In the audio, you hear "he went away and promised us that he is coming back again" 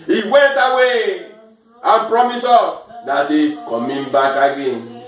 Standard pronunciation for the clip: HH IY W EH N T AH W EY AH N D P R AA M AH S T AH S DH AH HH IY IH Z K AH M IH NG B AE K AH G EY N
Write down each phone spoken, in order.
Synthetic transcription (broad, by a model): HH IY W EH N T AH W EY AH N P R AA M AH S AO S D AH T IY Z K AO M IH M B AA K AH G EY N